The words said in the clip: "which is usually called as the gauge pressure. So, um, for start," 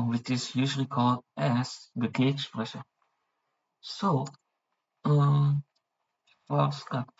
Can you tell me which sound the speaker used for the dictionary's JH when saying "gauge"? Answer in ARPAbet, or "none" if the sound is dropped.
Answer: SH